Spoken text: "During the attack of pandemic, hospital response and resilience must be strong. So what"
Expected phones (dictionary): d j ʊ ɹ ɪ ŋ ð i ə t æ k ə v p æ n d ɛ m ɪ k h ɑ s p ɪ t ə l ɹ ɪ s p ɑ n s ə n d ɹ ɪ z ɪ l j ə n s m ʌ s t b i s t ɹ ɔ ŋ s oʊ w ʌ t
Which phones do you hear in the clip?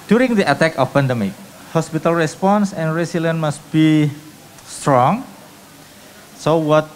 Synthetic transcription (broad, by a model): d j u ɹ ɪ ŋ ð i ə t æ k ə f p æ n d ɛ m ɪ k h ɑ s p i t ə l ɹ ɪ s p ɑ n s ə n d ɹ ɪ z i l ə n m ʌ s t b i s t ɹ ɔ ŋ s oʊ w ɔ t